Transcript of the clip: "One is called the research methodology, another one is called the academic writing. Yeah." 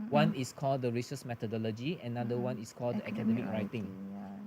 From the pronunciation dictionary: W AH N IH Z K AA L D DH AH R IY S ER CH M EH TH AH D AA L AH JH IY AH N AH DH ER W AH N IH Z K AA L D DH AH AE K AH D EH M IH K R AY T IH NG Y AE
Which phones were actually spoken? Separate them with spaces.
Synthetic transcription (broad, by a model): W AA N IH S K AA L D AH R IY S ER S M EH T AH D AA L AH JH IY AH N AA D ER W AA N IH S K AA L D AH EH K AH D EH M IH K R AY T IH NG